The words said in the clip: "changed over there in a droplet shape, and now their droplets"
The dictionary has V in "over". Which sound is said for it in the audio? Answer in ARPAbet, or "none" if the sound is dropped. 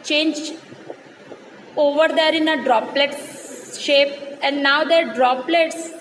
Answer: V